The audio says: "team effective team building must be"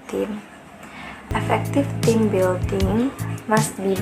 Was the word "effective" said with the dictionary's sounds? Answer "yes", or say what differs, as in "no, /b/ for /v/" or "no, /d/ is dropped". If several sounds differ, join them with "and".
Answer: no, /f/ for /v/